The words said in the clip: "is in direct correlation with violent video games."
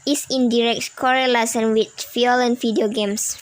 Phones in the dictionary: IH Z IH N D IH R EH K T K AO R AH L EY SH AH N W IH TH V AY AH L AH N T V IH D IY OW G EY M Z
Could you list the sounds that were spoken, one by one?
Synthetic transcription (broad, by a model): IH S IH N D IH R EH K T K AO R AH L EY S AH N W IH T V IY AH L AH N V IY D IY OW G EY M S